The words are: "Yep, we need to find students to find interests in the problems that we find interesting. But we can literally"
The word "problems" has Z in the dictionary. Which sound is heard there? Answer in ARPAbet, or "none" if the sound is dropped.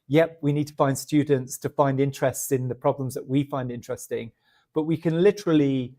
Z